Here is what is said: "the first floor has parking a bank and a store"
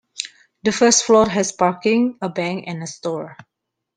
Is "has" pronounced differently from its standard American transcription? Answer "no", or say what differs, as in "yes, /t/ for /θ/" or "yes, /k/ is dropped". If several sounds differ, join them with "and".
yes, /s/ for /z/